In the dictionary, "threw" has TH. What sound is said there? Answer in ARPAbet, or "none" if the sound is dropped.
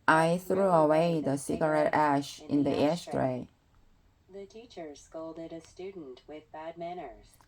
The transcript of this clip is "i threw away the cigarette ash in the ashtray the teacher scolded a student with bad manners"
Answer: TH